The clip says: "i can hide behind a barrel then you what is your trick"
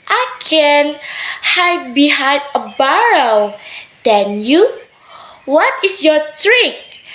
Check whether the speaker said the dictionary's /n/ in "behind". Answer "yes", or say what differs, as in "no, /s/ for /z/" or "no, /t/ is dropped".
no, /n/ is dropped